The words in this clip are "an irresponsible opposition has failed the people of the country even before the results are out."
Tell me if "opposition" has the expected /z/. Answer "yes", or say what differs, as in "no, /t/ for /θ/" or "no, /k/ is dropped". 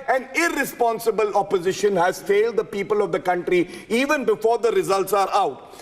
yes